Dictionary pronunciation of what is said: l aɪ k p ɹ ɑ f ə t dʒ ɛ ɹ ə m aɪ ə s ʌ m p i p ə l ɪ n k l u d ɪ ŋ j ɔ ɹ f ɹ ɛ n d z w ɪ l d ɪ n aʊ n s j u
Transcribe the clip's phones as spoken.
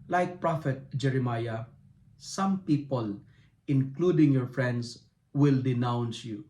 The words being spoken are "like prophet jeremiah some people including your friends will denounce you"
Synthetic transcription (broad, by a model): l aɪ k p ɹ ɑ f ə t dʒ ɛ ɹ ə m aɪ ə s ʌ m p i p ə l ɪ n k l u d ɪ ŋ j ɔ ɹ f ɹ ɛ n d s w ɪ l d ɪ n aʊ n s j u